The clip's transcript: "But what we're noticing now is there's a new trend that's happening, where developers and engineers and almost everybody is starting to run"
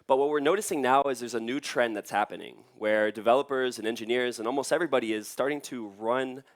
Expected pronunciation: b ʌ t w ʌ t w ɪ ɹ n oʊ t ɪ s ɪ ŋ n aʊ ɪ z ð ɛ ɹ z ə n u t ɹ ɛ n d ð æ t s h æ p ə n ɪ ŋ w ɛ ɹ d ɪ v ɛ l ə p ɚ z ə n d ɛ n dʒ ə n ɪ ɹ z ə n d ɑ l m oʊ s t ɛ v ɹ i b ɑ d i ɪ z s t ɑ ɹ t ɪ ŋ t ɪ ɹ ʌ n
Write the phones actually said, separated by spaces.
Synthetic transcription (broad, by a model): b ʌ t w ʌ t w ɪ ɹ n oʊ t ɪ s ɪ ŋ n aʊ ɪ z ð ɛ ɹ z ə n u t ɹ ɛ n ð æ t s h æ p ə n ɪ ŋ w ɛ ɹ d ɪ v ɛ l ə p ɚ z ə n ɛ n dʒ ə n ɪ ɹ z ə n ɑ l m oʊ s t ɛ v ɹ i b ɑ d i ɪ z s t ɑ ɹ t ɪ ŋ t ɪ ɹ ʌ n